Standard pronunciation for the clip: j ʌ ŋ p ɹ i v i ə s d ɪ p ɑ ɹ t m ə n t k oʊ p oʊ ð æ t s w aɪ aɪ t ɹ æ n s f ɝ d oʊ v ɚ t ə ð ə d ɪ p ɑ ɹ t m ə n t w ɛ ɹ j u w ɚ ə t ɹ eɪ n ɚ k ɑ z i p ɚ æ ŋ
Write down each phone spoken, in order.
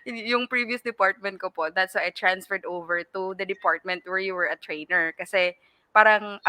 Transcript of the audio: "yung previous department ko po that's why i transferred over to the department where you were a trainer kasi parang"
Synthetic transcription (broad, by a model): j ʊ ŋ p ɹ i v i ə s d ɪ p ɑ ɹ t m ə n t k oʊ p oʊ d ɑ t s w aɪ aɪ t ɹ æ n s f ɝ d oʊ v ɚ t ə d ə d ɪ p ɑ ɹ t m ə n t w ɛ ɹ j u w ɚ ə t ɹ eɪ n ɚ k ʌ s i p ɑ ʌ ŋ